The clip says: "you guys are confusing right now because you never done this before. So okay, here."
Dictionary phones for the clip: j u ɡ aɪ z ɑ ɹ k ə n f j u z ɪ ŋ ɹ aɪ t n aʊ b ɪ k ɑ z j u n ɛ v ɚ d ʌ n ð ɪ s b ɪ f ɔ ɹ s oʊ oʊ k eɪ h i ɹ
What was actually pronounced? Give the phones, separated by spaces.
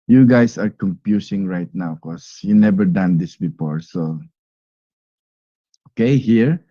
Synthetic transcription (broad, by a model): j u ɡ aɪ s ɑ ɹ k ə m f j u s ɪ ŋ ɹ aɪ t n aʊ k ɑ s j u n ɛ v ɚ d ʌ n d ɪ s b ɪ f ɔ ɹ s oʊ oʊ k eɪ h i ɹ